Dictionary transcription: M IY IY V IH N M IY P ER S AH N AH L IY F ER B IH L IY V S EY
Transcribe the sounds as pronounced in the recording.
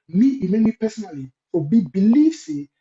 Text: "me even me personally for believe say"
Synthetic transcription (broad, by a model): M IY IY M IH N M IY P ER S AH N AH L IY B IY B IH L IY F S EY